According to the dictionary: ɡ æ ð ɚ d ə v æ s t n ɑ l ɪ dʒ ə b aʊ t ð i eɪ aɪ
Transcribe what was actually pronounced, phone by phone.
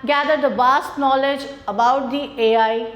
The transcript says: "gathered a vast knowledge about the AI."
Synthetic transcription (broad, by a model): ɡ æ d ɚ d ə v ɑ s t n ɑ l ɪ dʒ ə b aʊ t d i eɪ aɪ